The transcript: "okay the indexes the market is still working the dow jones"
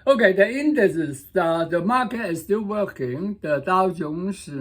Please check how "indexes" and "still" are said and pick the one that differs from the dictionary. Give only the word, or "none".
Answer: indexes